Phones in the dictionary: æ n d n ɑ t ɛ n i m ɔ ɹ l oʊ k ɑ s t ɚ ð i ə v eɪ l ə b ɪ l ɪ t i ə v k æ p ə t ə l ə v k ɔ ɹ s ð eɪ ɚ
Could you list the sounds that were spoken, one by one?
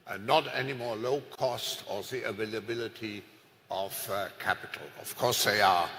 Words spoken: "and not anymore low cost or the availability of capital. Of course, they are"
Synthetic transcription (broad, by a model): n n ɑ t ɛ n i m ɔ ɹ l oʊ k ɑ s t ɚ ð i ə v eɪ l ə b ɪ l ɪ t i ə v k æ p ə t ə l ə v k ɔ ɹ s ð eɪ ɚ